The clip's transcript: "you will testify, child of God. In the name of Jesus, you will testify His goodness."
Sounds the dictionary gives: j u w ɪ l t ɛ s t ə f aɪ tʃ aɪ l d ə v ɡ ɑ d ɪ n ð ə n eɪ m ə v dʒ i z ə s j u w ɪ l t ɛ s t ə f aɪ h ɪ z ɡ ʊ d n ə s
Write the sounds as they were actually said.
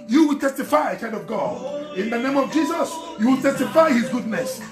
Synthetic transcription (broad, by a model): j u w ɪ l t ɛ s t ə f aɪ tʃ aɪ n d ə v ɡ ɑ d ɪ n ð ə n eɪ m ə v dʒ i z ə s j u w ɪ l t ɛ s t ə f aɪ h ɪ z ɡ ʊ d n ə s